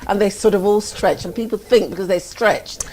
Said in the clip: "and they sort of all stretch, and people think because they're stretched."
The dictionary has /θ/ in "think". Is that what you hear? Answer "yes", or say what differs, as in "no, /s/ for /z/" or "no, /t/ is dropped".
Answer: yes